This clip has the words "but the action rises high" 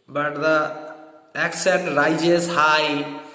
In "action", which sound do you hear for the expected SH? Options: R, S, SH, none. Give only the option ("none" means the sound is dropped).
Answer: S